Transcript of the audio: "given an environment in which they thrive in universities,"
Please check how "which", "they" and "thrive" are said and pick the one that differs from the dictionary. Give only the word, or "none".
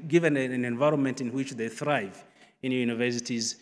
none